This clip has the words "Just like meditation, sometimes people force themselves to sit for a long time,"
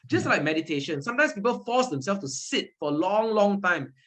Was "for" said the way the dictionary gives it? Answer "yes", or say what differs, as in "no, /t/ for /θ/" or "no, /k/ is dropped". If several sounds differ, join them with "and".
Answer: no, /l/ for /ɹ/